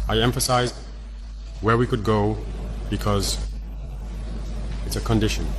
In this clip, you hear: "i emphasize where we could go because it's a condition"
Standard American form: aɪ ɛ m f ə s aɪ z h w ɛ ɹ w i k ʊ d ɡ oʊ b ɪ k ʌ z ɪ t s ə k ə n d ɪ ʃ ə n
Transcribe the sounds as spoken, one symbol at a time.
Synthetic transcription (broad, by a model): aɪ ɛ m f ə s aɪ z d w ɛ ɹ w i k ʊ d ɡ oʊ b ɪ k ʌ z ɪ t s ə k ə n d ɪ ʃ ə n